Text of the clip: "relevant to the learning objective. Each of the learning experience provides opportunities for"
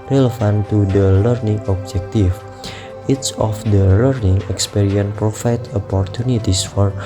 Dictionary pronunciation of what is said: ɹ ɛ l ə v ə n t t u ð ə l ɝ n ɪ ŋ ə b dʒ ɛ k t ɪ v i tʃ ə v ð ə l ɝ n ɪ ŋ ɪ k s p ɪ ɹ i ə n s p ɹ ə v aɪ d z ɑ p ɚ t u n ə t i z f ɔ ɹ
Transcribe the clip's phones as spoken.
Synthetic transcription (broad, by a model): ɹ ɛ l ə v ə n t t u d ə l ɝ n ɪ ŋ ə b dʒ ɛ k t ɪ f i s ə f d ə l ɝ n ɪ ŋ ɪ k s p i ɹ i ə n p ɹ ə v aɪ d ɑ p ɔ t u n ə t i s f ɔ ɹ